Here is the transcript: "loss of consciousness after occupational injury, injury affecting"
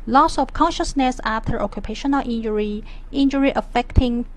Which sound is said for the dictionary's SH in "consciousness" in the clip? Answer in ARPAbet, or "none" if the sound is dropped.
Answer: SH